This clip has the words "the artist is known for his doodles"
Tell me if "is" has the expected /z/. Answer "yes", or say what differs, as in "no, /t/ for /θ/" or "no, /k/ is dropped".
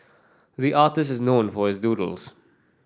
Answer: yes